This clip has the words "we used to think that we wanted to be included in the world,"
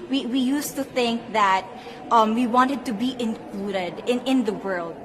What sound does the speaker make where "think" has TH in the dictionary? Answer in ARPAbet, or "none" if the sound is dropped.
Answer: TH